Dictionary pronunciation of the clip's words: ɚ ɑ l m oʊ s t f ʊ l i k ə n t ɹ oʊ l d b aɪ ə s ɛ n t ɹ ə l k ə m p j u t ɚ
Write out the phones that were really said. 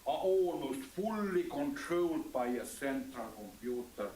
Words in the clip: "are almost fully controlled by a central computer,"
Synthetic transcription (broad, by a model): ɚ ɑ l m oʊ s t f ʊ l i k ə n t ɹ oʊ l d b aɪ ə s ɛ n t ə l k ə m p j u t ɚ